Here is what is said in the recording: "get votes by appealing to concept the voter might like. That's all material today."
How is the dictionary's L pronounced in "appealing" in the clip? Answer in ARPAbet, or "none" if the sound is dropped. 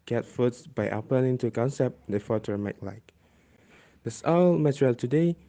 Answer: N